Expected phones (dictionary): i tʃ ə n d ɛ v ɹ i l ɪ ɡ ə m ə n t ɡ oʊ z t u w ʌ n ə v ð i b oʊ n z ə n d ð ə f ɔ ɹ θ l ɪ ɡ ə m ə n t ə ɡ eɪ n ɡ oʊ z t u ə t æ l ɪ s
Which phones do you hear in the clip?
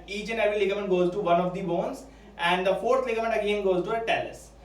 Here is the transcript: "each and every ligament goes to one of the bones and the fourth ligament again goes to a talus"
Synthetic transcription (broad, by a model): i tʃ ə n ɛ ɹ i l ɪ ɡ ə m ə n t ɡ oʊ z t u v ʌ n ə v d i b oʊ n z ə n d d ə f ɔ ɹ t l ɪ ɡ ə m ə n t ə ɡ eɪ n ɡ oʊ z t u ə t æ l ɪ s